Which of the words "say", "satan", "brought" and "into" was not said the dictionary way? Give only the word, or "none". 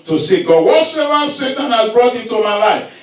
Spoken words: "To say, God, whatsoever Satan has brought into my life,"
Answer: into